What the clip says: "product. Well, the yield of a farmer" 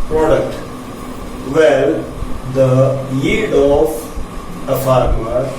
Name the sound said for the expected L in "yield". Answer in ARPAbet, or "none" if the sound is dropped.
none